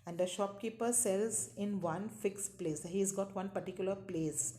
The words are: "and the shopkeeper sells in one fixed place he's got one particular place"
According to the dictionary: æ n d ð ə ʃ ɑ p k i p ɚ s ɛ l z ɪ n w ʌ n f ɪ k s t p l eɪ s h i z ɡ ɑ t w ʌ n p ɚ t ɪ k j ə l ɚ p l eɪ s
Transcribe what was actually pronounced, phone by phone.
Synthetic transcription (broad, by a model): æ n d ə ʃ ɑ p k i p ɚ s ɛ l z ɪ n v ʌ n f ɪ k s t p l eɪ s h i z ɡ ɑ t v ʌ n p ɚ t ɪ k j ə l ɚ p l eɪ s